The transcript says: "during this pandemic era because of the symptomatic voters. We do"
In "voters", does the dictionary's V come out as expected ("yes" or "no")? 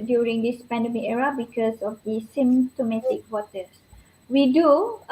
no